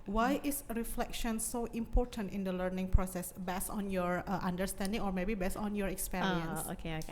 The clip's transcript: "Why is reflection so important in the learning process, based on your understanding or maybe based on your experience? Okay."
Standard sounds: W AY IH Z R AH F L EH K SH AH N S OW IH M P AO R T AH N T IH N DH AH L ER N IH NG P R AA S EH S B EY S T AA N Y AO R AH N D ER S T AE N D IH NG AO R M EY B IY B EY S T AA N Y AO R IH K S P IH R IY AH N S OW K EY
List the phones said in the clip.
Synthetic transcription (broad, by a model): W AY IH S R AH F L EH K SH AH N S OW IH M P AO R T AH N T IH N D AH L ER N IH NG P R AA S EH S B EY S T AA N Y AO R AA N D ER S T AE N D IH NG AO R M EY B IY B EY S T AA N Y AO R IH K S P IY R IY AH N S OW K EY